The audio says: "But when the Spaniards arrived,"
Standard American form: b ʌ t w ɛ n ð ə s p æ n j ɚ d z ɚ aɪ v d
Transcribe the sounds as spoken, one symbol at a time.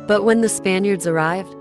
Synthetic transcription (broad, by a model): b ʌ t w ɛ n ð ə s p æ n j ɚ d z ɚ aɪ v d